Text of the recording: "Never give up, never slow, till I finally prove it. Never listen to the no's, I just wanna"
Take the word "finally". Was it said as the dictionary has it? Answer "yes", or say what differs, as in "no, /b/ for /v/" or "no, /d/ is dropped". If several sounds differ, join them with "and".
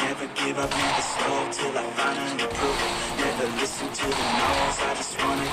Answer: no, /n/ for /l/